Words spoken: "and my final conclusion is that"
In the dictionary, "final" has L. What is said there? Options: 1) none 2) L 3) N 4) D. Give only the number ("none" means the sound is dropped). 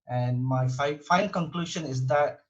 3